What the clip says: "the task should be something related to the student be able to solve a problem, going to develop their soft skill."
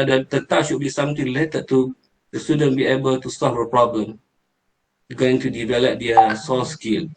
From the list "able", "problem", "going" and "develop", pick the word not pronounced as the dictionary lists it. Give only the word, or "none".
none